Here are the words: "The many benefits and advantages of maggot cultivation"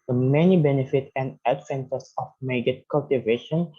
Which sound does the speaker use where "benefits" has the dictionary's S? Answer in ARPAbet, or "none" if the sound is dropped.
none